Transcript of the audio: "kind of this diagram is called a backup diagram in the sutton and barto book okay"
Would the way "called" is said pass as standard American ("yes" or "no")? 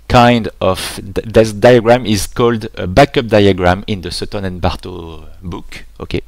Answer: yes